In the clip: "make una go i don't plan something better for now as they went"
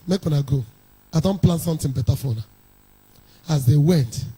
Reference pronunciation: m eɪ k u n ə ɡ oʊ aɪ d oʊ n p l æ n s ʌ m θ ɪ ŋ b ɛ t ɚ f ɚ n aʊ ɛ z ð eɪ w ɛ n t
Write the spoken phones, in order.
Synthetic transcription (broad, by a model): m eɪ k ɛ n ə ɡ oʊ aɪ d oʊ n p l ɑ n s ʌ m t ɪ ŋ b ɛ t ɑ f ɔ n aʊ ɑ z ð eɪ w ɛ n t